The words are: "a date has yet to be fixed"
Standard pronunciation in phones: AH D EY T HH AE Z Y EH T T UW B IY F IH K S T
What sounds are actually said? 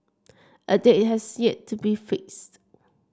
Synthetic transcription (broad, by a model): AH D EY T HH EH S Y EH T T UW B IY F IH K S T